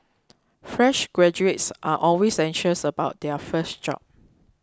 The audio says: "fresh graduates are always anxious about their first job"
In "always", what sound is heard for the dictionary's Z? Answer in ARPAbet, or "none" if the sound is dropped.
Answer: S